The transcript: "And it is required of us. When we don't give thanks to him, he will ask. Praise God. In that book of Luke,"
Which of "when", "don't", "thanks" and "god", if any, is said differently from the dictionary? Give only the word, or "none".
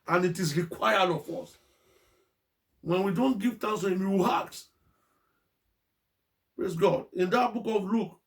thanks